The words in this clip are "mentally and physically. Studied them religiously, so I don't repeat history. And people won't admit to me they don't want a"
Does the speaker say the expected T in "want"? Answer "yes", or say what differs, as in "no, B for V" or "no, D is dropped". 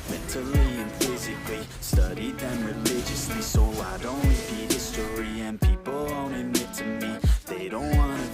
no, T is dropped